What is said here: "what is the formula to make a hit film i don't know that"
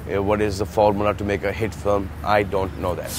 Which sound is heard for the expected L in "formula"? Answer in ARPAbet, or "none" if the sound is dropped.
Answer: N